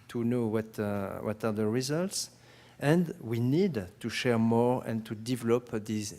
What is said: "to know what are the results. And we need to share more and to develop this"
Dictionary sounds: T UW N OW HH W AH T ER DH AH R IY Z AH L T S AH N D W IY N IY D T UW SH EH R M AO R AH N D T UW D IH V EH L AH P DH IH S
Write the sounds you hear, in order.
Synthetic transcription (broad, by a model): T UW N OW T W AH T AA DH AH R IY Z AH L T S AH N D W IY N IY D T UW SH EH R M AO R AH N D T UW D IH V EH L AH P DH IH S